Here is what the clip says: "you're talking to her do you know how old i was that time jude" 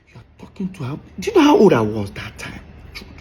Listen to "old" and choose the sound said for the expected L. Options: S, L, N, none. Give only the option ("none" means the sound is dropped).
none